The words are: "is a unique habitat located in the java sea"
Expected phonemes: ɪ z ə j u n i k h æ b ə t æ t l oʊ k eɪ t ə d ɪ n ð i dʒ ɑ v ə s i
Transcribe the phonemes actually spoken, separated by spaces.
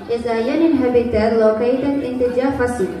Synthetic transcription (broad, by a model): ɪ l ə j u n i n h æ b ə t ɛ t l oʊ k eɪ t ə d ɪ n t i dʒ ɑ f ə s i